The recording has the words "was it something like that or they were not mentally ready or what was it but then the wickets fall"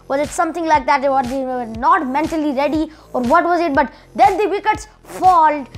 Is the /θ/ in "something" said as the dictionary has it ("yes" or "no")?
no